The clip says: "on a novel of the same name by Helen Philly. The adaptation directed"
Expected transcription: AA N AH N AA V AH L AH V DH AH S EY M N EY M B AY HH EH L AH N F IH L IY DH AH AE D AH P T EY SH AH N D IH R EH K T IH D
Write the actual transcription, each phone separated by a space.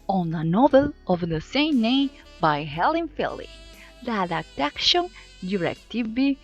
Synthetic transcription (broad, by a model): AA N AH N AA V AH L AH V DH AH S EY M N EY M B AY HH EH L AH N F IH L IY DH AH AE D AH T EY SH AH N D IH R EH K T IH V